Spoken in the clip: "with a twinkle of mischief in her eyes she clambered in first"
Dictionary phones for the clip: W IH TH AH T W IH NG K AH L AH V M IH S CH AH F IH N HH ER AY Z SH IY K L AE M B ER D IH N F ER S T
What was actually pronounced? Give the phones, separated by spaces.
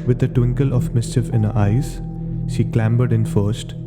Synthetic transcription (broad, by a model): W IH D AH T W IH NG K AH L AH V M IH S CH AH F IH N HH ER AY Z SH IY K L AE M B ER D IH N F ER S T